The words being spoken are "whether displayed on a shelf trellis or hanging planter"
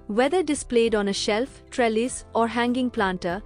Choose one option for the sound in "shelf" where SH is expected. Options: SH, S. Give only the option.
SH